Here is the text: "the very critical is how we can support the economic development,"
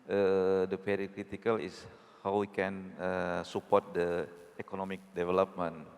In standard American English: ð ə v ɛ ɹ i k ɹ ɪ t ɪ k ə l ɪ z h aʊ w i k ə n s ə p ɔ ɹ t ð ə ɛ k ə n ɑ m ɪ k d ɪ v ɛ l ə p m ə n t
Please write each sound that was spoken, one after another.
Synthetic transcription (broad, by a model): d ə p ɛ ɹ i k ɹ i t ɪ k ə l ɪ s h aʊ w i k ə n s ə p ɔ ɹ t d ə ɛ k ə n ɑ m ɪ k d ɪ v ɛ l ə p m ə n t